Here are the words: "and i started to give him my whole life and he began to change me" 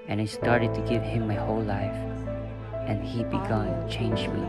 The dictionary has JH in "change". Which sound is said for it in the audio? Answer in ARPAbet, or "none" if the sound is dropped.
JH